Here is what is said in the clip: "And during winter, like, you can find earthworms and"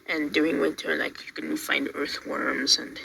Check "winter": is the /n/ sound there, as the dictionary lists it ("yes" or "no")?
no